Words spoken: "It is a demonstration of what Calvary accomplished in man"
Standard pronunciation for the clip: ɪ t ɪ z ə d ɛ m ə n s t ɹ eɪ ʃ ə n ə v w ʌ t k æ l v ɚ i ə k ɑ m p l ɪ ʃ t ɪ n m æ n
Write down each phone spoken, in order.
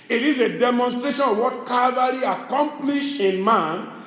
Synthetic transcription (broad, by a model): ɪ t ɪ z ə d ɛ m ə n s t ɹ eɪ ʃ ə n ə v w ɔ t k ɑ v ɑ i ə k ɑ m p l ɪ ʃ ɪ n m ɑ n